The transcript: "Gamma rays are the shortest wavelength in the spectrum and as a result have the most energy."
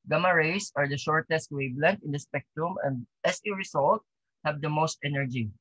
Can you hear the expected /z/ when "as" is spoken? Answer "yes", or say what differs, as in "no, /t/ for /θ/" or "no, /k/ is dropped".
no, /s/ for /z/